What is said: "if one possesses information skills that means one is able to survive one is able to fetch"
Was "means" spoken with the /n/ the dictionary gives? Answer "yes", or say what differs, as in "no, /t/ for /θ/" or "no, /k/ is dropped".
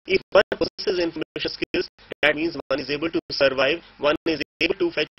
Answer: yes